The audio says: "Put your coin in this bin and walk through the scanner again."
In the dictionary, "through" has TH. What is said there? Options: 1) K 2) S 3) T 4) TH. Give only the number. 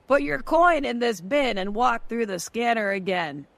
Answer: 4